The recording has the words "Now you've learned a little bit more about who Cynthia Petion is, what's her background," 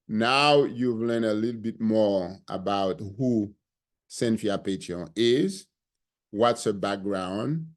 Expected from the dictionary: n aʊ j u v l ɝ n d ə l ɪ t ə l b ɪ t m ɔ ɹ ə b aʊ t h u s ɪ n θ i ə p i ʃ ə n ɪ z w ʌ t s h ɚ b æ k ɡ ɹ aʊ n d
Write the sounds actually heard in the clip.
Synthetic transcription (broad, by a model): n aʊ j u v l ɝ n ə l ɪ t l b ɪ t m ɔ ɹ ə b aʊ t h u s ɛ n f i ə p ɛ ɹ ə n ɪ z w ʌ t s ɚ b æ k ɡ ɹ aʊ n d